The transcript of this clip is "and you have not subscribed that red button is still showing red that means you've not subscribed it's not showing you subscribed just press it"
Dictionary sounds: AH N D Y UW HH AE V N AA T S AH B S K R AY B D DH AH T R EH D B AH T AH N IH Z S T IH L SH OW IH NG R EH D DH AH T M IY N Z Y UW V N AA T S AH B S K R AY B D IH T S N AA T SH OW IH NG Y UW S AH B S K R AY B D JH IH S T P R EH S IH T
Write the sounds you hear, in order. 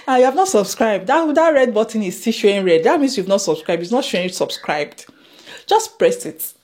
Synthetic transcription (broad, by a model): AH Y UW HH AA V N AA T S AH B S K R AY B D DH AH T R EH D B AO T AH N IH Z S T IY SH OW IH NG R EH D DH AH T M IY N S Y UW V N AA T S AH B S K R AY B D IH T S N AA T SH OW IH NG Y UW S AH B S K R AY B D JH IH S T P R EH S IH T